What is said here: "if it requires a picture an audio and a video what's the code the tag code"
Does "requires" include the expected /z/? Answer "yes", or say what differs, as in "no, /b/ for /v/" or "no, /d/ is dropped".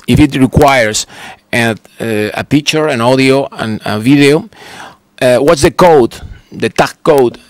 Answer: no, /s/ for /z/